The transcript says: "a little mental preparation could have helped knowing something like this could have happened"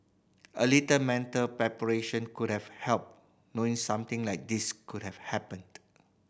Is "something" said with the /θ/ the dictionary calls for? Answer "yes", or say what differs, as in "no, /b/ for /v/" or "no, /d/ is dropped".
no, /t/ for /θ/